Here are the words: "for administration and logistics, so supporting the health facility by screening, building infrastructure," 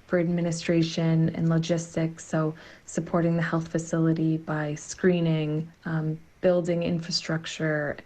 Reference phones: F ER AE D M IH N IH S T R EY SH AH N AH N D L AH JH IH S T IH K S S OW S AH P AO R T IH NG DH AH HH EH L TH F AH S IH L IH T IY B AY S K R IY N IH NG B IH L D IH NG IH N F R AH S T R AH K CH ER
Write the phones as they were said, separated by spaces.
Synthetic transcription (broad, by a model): F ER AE D M IH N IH S T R EY SH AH N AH N L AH JH IH S T IH K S S OW S AH P AO R T IH NG DH AH HH EH L TH F AH S IH L IH T IY B AY S K R IY N IH NG B IH L D IH NG IH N F R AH S T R AH K CH ER